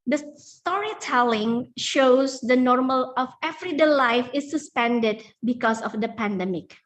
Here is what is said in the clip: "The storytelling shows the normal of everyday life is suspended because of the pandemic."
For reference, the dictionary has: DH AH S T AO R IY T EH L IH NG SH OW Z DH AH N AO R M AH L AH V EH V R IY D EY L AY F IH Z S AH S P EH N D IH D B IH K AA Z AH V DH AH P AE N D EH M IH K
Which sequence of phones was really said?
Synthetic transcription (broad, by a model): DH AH S T AO R IY T EH L IH NG SH OW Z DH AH N AO R M AH L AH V EH V R IY D EY L AY F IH S AH S P EH N D IH D B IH K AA S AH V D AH P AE N D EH M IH K